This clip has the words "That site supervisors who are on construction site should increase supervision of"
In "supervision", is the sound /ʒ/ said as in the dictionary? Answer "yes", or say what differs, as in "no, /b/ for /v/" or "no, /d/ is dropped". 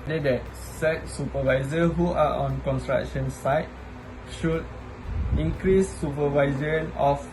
no, /z/ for /ʒ/